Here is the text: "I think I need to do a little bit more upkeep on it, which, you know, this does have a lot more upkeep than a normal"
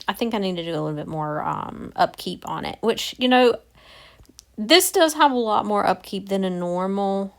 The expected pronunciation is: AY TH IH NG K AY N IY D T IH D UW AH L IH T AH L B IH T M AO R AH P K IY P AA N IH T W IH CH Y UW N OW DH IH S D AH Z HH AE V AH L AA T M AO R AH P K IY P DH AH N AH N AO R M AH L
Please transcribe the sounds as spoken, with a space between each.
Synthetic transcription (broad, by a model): AY TH IH NG K AY N IY D T IH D AH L IH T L B IH T M AO R AH P K IY P N IH T W IH CH Y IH N OW DH IH S D AH Z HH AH V AH L AA T M AO R AH P K IY P DH AH N AH N AO R M L